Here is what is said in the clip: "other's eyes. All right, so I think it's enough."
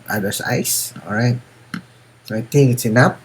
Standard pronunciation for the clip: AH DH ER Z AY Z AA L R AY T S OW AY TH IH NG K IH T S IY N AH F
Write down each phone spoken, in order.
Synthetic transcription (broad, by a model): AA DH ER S AY S AA L R AY T S OW AY T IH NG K IH T S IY N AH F